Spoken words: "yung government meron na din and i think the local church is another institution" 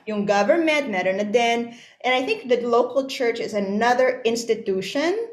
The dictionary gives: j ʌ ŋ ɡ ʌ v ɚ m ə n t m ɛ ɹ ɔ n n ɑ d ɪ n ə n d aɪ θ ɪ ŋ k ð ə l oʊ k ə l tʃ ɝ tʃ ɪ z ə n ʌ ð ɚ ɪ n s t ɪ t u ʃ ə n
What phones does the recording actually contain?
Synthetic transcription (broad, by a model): j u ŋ ɡ ʌ v ɚ m ə n t m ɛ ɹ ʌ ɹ n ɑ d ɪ n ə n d aɪ θ ɪ ŋ k ð ə l oʊ k ə l tʃ ɝ tʃ ɪ z ə n ʌ ð ɚ ɪ n s t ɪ t u ʃ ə n